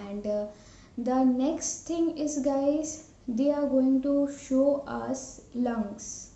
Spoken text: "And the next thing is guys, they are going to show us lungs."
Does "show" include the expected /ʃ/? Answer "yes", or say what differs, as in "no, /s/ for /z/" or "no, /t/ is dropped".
yes